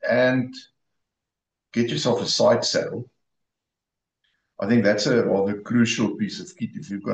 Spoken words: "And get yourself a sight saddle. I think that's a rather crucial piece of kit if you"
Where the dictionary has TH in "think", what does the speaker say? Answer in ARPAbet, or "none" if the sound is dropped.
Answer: TH